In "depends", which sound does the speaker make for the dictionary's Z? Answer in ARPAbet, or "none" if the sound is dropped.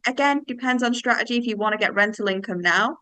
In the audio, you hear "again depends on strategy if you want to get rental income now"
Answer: Z